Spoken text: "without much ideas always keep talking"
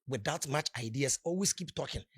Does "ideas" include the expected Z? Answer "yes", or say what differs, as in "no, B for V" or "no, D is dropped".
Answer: no, S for Z